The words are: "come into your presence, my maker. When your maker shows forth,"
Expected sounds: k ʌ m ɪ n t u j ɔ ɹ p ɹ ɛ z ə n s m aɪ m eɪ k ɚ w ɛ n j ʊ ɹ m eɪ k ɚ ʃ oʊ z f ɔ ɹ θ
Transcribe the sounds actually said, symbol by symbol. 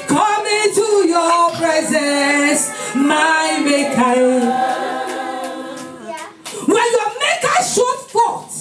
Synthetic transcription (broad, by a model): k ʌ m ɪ t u j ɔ p ɹ ɛ z ə n s m aɪ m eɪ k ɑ w ɛ n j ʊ m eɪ k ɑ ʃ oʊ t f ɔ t